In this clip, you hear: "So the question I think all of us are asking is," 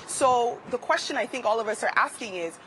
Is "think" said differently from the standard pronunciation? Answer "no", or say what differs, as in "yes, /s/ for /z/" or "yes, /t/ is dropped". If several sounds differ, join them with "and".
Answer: no